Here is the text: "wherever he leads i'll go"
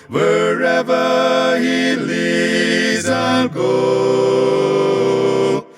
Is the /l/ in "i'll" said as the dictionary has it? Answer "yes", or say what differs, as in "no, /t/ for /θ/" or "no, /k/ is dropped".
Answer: no, /n/ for /l/